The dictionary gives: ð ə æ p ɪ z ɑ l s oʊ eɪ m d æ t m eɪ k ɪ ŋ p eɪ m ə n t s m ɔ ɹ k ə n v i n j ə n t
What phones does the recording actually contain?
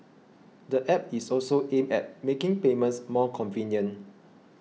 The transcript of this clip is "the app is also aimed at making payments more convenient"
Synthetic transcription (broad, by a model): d ə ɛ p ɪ s ɑ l s oʊ eɪ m ɛ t m eɪ k ɪ ŋ p eɪ m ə n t s m ɔ k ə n v i n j ə n